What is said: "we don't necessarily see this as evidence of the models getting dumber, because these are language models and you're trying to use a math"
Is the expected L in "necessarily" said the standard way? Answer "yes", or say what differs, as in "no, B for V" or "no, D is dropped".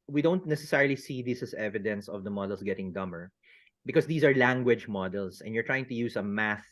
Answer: yes